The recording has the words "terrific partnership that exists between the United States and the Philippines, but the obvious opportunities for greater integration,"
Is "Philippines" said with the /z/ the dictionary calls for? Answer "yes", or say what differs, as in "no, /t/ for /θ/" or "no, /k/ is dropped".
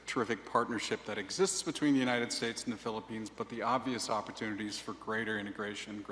yes